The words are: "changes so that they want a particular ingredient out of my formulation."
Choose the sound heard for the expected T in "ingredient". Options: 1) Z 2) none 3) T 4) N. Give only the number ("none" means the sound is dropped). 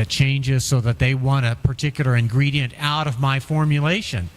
3